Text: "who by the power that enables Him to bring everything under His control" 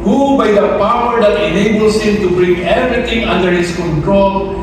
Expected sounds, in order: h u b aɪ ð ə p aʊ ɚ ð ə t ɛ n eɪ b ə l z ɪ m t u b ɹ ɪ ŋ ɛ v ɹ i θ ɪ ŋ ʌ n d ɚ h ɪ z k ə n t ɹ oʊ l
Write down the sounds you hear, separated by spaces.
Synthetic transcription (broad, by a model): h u b aɪ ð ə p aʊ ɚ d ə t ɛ n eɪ b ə l s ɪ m t u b ɹ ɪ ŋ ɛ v ɹ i t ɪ ŋ ʌ n d ɚ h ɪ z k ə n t ɹ oʊ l